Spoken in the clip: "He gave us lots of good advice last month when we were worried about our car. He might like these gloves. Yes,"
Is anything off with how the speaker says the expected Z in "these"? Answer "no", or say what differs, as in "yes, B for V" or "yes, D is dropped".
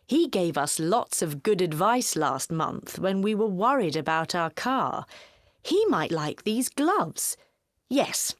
no